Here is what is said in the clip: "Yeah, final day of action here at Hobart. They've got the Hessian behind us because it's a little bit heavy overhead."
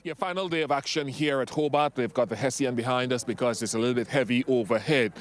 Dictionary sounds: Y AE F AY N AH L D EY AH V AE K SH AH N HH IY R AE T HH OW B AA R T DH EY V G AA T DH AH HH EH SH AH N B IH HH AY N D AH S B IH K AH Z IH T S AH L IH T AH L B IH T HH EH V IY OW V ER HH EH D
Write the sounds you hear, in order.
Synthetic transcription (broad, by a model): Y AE F AY N L D EY AH V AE K SH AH N HH IY R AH T HH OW B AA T DH EY V G AA T DH AH HH EH S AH N B IH HH AY N D AH S B IH K AH Z IH T S AH L IH T L B IH T HH EH V IY OW V ER HH EH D